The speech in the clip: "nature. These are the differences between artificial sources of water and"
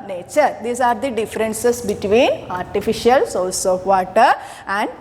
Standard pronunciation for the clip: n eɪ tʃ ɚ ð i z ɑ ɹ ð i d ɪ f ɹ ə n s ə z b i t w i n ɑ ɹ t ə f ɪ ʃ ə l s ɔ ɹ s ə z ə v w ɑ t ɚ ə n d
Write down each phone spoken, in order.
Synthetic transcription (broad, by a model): n eɪ tʃ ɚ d i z ɑ ɹ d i d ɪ f ɹ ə n s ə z b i t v i n ɑ ɹ t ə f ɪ ʃ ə l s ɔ l s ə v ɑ t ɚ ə n d